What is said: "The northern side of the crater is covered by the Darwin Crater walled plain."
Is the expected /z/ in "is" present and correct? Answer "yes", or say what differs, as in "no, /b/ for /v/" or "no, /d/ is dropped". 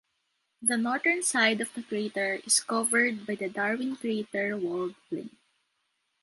no, /s/ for /z/